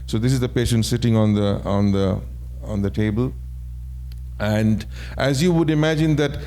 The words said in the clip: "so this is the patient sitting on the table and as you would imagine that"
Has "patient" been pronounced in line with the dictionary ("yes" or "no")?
yes